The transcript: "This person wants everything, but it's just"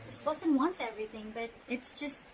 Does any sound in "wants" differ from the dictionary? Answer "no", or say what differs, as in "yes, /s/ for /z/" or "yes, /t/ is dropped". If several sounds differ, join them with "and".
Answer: no